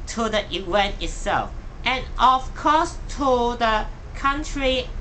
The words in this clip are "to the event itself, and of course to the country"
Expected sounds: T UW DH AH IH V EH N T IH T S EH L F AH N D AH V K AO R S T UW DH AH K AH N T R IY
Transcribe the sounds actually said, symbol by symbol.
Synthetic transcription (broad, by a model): T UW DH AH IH W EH N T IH T S EH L F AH N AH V K AO S T UW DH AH K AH N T R IY